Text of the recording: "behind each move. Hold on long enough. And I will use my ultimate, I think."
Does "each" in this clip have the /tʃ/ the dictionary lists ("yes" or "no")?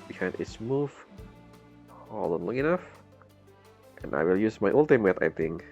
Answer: no